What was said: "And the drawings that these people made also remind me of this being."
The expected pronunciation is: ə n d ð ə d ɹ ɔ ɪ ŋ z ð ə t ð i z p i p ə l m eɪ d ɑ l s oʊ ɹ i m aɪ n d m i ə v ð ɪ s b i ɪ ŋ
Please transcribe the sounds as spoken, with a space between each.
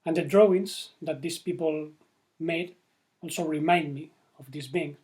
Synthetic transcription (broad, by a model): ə n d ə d ɹ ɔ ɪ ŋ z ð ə t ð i s p i p ə l m eɪ d ɑ l s oʊ ɹ i m aɪ n d m i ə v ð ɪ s b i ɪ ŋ